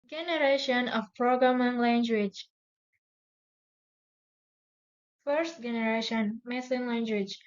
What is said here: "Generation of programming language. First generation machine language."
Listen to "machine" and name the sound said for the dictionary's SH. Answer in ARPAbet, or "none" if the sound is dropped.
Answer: S